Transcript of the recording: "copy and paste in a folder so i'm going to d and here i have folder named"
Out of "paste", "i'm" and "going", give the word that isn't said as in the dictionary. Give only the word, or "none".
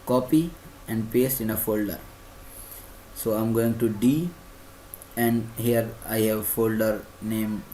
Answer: none